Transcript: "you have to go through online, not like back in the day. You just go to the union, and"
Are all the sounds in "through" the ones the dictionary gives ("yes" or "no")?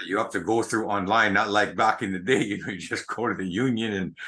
yes